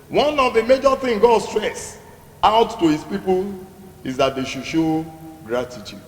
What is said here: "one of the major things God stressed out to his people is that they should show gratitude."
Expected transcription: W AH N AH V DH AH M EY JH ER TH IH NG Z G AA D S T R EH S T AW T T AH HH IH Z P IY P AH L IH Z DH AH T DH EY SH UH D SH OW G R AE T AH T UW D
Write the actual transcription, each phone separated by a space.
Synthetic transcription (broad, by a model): W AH N AH V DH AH M EY JH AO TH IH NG G AA D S T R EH S AW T T AH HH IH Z P IY P AH L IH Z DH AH T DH EY SH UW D SH OW G R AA T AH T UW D